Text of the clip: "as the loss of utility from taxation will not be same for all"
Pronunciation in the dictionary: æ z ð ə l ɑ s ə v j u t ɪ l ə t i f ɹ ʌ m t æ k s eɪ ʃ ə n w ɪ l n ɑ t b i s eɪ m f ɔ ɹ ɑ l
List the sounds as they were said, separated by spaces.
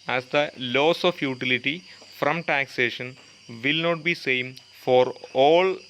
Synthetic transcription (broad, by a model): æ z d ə l ɑ s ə f j u t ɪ l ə t i f ɹ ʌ m t æ k s eɪ ʃ ə n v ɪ l n ɑ t b i s eɪ m f ɔ ɹ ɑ l